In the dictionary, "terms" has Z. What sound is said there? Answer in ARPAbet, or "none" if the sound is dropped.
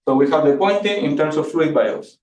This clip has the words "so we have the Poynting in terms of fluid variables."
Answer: S